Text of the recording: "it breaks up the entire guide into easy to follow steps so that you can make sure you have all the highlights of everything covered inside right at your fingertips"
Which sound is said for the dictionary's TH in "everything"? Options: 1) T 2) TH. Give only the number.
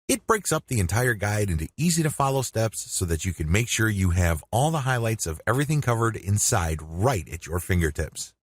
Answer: 2